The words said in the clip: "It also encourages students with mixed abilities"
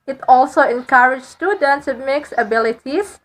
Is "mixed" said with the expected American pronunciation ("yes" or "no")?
no